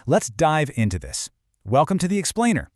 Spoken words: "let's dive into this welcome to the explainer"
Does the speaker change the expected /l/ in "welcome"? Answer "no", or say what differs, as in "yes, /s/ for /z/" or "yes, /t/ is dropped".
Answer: no